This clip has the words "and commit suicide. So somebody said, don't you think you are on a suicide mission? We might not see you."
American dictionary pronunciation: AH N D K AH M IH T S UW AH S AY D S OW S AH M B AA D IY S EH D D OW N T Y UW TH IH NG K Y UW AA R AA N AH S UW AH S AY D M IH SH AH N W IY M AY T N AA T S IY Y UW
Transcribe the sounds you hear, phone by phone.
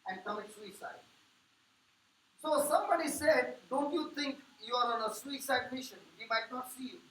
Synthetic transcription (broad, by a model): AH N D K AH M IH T S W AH S AY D S OW S AH M B AA D IY S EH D D OW N T Y UW T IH NG K Y UW AA R AA N AH S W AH S AY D M IH SH AH N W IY M AY T N AA T S IY